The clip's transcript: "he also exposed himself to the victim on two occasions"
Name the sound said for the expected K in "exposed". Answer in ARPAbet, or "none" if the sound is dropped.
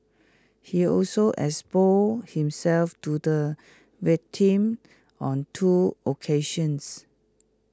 none